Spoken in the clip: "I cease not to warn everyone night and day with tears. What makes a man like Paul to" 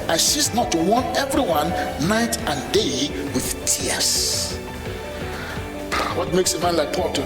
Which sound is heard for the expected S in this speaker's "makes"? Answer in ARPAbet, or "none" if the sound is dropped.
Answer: S